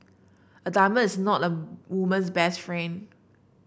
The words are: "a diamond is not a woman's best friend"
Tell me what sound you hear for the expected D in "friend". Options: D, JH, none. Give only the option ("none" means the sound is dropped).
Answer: none